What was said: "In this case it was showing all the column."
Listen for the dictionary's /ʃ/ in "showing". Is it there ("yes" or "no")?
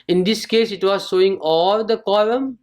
no